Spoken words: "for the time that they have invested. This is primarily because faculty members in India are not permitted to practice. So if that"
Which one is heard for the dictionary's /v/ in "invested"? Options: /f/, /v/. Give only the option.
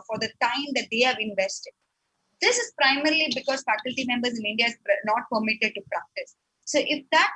/v/